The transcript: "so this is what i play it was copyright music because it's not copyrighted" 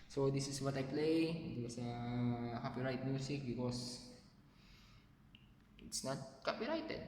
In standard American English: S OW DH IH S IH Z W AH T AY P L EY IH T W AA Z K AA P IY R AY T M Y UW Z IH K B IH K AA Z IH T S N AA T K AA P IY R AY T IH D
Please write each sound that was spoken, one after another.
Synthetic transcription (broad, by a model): S OW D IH S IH S W AH T AY P L EY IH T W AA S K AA P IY R AY T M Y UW S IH K B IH K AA S IH T S N AA T K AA P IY R AY T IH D